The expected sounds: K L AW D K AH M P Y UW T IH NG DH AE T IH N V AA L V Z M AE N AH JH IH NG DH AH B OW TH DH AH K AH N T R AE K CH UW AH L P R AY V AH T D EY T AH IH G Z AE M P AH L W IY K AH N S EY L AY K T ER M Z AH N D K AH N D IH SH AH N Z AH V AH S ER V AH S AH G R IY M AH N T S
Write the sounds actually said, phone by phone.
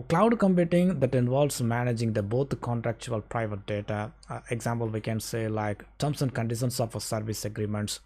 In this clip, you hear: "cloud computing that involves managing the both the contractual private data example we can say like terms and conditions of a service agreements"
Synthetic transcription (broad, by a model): K L AW D K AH M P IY T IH NG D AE T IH N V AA L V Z M AE N AH JH IH NG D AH B OW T K AH N T R AE K CH UW AH L P R AY V AH T D EY T AH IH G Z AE M P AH L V IY K AH N S EY L AY K T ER M S AH N D K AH N D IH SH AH N S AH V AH S ER V AH S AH G R IY M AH N T S